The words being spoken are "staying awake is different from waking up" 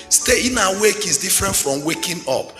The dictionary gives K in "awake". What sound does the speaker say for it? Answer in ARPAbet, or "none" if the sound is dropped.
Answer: K